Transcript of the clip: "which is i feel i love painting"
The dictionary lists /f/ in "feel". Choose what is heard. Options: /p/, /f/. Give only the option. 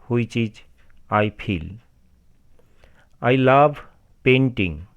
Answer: /p/